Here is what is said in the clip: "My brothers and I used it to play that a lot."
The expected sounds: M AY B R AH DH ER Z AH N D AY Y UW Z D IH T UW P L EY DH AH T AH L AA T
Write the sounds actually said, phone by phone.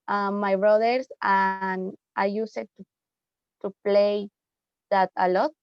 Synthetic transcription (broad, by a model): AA AY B R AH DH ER S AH N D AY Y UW S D IH T UW P L EY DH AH T AH L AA T